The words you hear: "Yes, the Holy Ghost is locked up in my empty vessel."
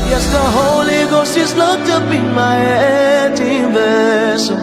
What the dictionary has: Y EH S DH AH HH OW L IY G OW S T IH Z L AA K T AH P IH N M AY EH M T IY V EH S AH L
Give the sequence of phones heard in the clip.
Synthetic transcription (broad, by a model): Y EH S DH AH HH OW L IY G OW S T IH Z L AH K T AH B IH M AY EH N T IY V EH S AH